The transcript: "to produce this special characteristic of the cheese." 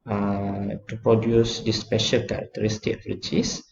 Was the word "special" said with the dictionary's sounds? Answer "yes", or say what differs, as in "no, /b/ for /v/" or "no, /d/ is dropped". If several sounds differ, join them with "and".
yes